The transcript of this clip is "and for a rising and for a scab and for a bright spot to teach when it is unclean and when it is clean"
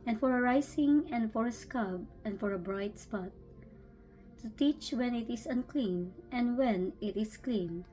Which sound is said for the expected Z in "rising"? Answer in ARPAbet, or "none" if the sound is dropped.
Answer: S